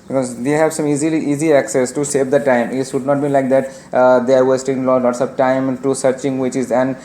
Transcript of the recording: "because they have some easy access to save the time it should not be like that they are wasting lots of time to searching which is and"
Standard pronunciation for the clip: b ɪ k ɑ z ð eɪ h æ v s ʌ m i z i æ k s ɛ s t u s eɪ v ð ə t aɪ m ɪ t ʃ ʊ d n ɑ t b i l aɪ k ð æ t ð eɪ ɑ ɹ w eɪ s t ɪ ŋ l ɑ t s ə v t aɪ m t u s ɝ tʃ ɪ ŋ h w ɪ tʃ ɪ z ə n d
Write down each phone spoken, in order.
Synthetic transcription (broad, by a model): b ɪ k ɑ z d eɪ h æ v s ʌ m i z i æ k s ɛ s t u s eɪ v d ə t aɪ m ɪ t s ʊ d n ɑ t b i l aɪ k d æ t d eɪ ɑ ɹ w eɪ s t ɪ ŋ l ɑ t s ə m t aɪ m t u s ɝ tʃ ɪ ŋ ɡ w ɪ tʃ ɪ z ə n d